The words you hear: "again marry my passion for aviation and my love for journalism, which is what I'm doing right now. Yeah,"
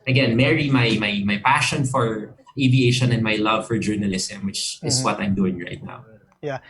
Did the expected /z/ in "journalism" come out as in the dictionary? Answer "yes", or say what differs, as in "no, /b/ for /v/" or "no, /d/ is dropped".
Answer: no, /s/ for /z/